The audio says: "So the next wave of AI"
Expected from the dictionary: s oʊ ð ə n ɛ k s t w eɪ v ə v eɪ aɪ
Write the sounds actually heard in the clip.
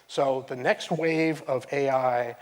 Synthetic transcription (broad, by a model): s oʊ ð ə n ɛ k s t w eɪ v ə v eɪ aɪ